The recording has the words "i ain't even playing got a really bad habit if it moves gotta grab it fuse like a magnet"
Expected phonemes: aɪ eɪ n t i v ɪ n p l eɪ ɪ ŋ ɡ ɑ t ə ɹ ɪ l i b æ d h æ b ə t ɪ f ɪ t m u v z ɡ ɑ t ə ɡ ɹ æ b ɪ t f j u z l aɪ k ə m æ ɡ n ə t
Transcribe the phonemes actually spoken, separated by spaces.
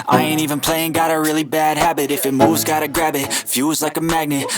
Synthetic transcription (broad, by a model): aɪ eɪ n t i v ɪ n p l eɪ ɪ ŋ ɡ ɑ t ə ɹ ɪ l i b æ d h æ b ə t ɪ f ɪ t m u v z ɡ ɑ t ə ɡ ɹ æ b ɪ t f j u z l aɪ k ə m æ ɡ n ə t